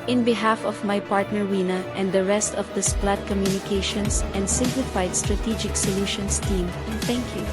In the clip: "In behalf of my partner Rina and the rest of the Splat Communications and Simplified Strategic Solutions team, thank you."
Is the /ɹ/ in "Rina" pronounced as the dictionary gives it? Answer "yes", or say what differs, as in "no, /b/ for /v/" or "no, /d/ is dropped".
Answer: no, /w/ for /ɹ/